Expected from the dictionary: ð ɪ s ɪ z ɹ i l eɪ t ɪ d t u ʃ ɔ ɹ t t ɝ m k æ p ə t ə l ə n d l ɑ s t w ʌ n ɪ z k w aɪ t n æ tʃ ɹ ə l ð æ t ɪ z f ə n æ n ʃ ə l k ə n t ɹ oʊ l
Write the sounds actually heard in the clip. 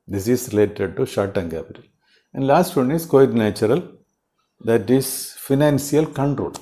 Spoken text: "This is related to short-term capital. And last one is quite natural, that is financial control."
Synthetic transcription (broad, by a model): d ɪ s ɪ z ɹ i l eɪ t ɪ d t u ʃ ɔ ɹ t t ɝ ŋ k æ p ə t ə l ə n d l ɑ s t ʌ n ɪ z k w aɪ t n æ tʃ ɹ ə l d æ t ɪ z f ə n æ n s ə l k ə n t ɹ oʊ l